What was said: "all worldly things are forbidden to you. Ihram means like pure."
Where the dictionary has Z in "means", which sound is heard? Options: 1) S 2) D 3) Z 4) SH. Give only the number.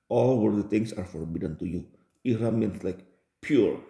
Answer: 1